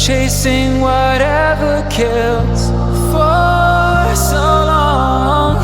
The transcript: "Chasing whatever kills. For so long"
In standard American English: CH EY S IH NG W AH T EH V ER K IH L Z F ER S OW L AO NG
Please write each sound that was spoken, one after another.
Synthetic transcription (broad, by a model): CH EY S IH NG W AH T EH V ER K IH L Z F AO S OW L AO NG